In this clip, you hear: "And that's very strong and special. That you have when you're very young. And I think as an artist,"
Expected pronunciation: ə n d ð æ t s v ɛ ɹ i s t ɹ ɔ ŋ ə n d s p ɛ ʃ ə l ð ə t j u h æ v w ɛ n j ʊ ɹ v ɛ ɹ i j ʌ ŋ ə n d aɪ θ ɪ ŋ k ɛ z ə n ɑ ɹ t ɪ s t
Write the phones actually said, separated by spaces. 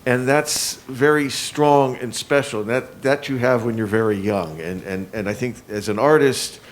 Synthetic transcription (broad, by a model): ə n ð æ t s v ɛ ɹ i s t ɹ ɔ ŋ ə n s p ɛ ʃ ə n ð ə t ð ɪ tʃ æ v w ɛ n j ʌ ɹ v ɛ ɹ i j ʌ ŋ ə n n aɪ θ ɪ ŋ k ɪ z ə n ɑ ɹ t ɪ s t